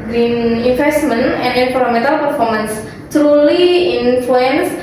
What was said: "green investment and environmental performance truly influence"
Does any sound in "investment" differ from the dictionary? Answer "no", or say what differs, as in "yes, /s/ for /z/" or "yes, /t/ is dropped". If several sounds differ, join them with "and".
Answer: yes, /f/ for /v/